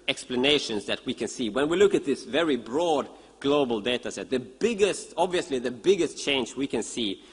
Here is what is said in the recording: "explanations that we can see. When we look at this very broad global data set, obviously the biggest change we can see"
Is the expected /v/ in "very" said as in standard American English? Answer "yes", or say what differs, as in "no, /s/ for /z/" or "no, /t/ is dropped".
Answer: yes